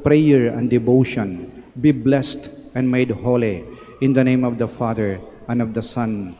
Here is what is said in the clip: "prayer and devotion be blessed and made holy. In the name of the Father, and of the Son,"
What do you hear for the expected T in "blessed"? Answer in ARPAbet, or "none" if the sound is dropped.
T